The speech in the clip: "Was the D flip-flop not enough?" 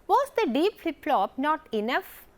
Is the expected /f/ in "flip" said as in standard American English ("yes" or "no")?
no